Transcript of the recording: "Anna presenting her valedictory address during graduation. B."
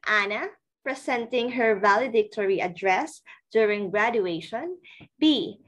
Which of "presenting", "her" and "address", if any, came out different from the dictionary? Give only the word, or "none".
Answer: presenting